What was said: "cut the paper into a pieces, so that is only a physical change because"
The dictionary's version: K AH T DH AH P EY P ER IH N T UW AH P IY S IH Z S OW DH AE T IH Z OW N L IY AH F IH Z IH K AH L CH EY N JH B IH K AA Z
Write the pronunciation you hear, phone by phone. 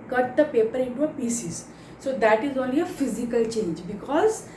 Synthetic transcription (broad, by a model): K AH T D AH P EY P ER IH N T UW AH P IY S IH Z S OW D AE T IH Z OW L IY AH F IH Z IH K AH L CH EY N JH B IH K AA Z